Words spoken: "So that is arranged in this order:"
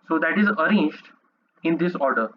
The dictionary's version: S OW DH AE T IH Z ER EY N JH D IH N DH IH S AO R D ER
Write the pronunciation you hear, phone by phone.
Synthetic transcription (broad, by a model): S OW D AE T IH Z ER EY N JH D IH N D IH S AO R D ER